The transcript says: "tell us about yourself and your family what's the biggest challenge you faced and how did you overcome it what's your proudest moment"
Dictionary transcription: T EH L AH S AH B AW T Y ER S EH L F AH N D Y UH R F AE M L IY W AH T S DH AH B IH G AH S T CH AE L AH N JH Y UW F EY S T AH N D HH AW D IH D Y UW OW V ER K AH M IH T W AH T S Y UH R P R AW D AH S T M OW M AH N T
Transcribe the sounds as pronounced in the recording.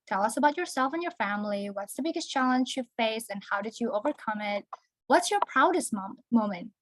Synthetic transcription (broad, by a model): T EH L AH S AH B AW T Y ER S EH L F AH N Y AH R F AE M L IY W AH T S DH AH B IH G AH S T CH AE L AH N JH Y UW F EY S AH N HH AW D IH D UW OW V ER K AH M IH T W AH T S Y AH R P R AW D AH S T M OW M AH N T